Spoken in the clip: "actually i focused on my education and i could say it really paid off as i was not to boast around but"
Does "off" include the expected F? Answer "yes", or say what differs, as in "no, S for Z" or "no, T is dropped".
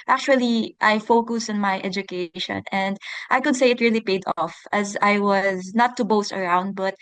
yes